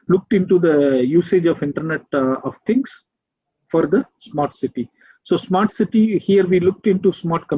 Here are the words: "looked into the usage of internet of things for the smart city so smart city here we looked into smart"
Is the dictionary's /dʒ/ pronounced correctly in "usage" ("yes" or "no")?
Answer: yes